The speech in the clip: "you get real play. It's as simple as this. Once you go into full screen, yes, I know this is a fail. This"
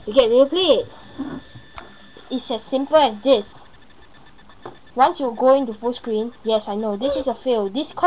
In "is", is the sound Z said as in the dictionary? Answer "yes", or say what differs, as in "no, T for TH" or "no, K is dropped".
no, S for Z